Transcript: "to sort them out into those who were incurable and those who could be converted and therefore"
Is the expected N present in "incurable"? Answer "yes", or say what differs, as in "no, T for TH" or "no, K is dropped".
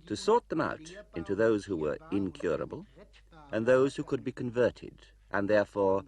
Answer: yes